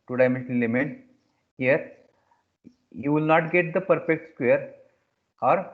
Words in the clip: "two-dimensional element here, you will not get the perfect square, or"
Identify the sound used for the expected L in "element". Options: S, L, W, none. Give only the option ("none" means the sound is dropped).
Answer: none